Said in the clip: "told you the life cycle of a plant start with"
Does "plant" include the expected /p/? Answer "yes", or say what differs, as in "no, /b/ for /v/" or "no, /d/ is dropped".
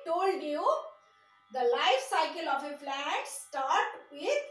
no, /f/ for /p/